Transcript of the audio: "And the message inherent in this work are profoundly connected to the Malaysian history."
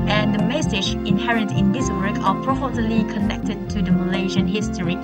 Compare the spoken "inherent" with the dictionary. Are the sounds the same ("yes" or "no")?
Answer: yes